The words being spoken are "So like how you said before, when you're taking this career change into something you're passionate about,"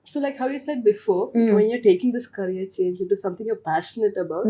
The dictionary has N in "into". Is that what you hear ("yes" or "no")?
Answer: yes